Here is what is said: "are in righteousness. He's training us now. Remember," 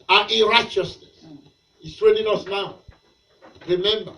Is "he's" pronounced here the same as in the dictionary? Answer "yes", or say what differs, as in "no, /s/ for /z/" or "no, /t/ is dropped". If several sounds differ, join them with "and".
no, /s/ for /z/